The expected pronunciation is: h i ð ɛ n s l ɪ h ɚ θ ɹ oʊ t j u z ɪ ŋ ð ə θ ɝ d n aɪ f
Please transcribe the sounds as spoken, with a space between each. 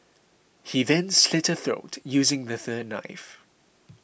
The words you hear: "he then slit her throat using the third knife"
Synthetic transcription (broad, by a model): h i ð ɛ n s l ɪ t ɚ θ ɹ oʊ t j u z ɪ ŋ ð ə θ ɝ d n aɪ f